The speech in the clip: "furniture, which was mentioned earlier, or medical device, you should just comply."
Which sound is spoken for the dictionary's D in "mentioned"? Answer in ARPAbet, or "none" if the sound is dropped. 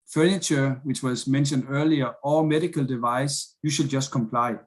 D